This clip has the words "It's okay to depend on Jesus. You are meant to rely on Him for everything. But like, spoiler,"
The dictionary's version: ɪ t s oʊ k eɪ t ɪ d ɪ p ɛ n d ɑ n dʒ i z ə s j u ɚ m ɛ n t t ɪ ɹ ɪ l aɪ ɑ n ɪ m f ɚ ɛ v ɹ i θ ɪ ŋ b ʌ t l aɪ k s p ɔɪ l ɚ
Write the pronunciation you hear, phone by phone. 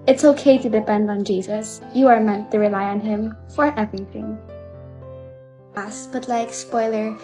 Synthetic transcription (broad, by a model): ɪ t s oʊ k eɪ t ɪ d ɪ p ɛ n d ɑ n dʒ i z ə s j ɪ ɚ m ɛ n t t ɪ ɹ ɪ l aɪ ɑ n ɪ m f ɚ ɛ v ɹ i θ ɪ ŋ b ʌ t l aɪ k s p ɔɪ l ɚ